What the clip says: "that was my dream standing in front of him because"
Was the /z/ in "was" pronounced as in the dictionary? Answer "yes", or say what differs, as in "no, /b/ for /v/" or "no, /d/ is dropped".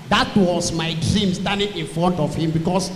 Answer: no, /s/ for /z/